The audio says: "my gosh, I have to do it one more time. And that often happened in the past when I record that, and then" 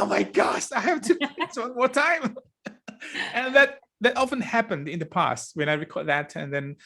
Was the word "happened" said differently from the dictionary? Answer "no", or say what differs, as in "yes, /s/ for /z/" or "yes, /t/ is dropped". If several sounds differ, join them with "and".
no